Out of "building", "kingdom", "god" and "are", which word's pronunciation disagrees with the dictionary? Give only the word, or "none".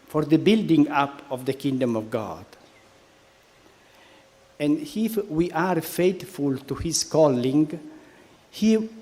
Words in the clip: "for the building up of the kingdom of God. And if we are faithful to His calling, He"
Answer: none